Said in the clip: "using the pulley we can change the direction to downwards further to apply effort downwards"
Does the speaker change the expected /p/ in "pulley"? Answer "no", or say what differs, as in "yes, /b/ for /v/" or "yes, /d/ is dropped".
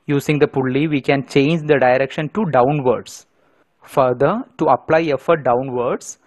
no